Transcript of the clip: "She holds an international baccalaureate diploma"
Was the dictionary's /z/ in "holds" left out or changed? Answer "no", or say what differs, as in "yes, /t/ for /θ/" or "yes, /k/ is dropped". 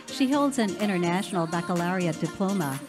no